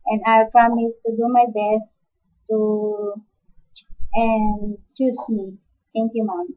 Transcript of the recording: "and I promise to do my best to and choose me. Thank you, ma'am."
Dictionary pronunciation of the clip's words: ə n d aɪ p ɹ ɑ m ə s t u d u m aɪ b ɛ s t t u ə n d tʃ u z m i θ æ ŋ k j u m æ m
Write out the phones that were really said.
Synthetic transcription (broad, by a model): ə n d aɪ p ɹ ɑ m ə s t u d u m aɪ b ɛ s t t u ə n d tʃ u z m i t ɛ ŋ k j u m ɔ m